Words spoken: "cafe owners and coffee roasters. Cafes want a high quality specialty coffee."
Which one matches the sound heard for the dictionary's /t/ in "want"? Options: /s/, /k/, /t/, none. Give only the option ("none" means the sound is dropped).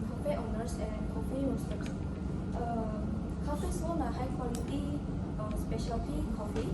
none